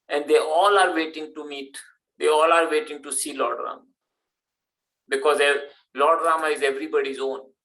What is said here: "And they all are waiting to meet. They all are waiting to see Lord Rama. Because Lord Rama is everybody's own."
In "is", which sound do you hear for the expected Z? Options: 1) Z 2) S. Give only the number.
1